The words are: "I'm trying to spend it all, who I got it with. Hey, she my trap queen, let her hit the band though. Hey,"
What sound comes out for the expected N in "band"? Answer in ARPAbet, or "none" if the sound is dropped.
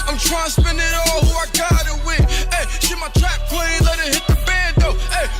none